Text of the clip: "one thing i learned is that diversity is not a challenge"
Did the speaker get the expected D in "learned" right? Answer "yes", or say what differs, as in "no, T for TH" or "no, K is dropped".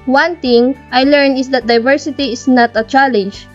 no, D is dropped